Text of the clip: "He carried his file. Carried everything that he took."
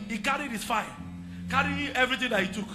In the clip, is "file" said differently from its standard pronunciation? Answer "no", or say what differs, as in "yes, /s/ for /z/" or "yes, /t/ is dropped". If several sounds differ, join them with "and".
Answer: yes, /n/ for /l/